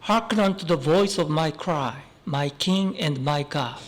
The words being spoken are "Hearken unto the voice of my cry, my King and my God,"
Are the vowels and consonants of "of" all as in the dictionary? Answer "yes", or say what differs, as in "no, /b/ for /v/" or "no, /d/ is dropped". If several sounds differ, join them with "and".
yes